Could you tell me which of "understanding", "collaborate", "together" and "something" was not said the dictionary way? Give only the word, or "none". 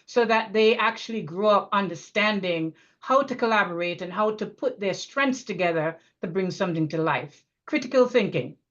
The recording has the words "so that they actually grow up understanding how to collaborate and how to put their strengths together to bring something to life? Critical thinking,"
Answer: none